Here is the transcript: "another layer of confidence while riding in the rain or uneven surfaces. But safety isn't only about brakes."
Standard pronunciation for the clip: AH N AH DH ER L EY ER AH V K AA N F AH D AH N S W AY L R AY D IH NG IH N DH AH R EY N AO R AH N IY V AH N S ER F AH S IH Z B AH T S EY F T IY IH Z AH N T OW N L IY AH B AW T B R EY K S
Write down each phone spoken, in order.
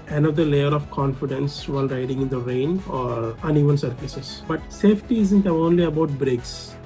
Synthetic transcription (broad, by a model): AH N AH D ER L EY ER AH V K AA N F AH D AH N S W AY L R AY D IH NG IH N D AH R EY N AO R AH N IY V AH N S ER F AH S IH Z B AH T S EY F T IY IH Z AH N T OW N L IY AH B AW T B R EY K S